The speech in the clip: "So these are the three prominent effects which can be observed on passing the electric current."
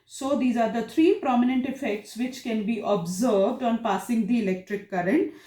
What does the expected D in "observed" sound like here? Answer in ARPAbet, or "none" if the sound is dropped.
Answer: D